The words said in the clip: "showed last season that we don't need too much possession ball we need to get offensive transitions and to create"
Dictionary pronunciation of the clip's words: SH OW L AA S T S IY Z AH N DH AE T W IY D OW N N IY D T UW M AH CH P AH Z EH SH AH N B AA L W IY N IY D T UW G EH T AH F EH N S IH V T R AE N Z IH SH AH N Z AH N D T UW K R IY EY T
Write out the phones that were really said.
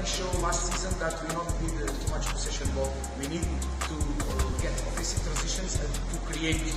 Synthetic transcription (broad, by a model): SH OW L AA S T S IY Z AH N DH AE T W IY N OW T N IY D T UW M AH CH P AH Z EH SH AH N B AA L W IY N IY D T UW G EH T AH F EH S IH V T R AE N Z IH SH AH N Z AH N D T UW K R IY EY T